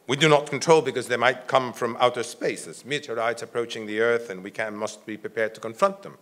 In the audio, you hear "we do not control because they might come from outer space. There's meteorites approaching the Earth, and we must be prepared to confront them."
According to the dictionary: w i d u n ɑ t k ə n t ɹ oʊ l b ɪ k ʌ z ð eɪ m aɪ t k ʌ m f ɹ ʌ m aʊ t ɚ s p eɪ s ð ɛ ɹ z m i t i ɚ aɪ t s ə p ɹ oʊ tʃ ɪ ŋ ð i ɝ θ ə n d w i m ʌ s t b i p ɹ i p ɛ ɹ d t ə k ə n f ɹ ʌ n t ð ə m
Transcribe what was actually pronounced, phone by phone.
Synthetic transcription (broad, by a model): w i d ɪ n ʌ t k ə n t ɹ oʊ l b ɪ k ʌ z ð eɪ m aɪ t k ʌ m f ɹ ʌ m aʊ t ɚ s p eɪ s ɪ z m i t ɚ aɪ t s ə p ɹ oʊ tʃ ɪ ŋ ð i ɝ θ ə n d w i m ʌ s t b i p ɹ i p ɛ ɹ d t ə k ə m f ɹ ʌ n t ð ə m